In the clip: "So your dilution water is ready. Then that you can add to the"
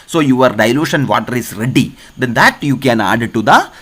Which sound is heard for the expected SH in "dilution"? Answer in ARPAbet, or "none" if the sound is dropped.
SH